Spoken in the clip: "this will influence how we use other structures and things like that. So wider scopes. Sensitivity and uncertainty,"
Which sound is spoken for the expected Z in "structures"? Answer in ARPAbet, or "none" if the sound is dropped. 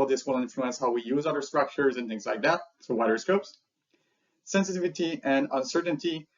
Z